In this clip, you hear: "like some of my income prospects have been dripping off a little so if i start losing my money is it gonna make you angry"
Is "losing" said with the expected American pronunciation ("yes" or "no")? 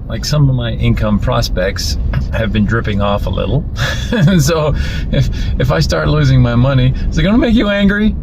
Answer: yes